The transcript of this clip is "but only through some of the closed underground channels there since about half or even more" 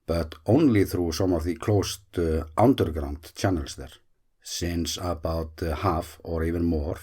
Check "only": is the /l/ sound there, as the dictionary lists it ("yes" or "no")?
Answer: yes